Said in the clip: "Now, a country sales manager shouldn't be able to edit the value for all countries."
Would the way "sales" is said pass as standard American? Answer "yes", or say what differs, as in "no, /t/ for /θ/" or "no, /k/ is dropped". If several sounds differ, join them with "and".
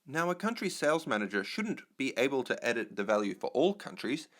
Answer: yes